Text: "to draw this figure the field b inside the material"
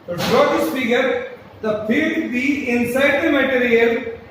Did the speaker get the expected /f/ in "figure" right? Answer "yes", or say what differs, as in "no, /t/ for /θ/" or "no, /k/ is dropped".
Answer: no, /p/ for /f/